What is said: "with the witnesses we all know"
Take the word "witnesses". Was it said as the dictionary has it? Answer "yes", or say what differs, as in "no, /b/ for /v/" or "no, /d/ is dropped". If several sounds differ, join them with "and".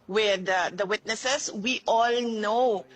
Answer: no, /s/ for /z/